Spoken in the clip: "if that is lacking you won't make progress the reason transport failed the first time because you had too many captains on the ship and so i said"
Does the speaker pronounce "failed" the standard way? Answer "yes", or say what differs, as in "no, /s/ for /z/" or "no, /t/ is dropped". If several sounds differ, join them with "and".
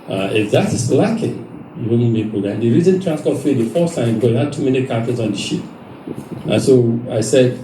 no, /l/ is dropped